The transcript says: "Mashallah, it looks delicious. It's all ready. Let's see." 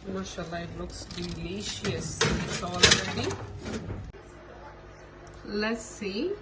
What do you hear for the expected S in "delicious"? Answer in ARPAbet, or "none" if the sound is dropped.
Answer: none